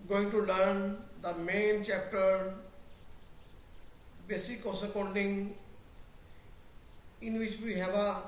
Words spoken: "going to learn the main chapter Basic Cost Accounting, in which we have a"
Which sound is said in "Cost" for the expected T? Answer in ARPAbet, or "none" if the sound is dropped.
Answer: none